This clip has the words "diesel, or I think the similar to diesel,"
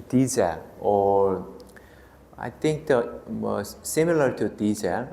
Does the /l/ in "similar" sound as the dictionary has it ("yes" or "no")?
yes